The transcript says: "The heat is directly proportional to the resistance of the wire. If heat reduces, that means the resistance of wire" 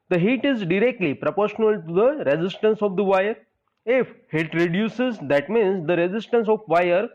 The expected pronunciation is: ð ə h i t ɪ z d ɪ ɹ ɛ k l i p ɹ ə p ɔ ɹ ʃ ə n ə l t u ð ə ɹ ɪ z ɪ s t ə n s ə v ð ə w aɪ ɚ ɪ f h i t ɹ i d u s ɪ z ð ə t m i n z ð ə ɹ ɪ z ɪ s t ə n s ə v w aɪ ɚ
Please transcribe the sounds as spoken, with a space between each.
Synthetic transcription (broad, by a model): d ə h i t ɪ z d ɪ ɹ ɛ k l i p ɹ ə p ɔ ɹ ʃ ə n ə l t u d ə ɹ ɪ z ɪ s t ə n s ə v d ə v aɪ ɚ ɪ f h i t ɹ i d u s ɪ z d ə t m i n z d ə ɹ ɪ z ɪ s t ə n s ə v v aɪ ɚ